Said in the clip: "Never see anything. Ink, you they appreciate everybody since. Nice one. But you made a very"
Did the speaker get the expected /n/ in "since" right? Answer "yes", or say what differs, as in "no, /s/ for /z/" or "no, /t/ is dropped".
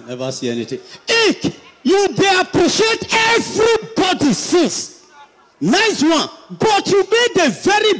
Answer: no, /n/ is dropped